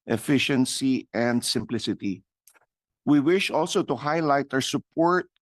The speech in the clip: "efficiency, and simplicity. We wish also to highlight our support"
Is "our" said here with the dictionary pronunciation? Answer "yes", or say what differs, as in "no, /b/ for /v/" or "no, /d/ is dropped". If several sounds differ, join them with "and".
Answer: no, /w/ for /ɹ/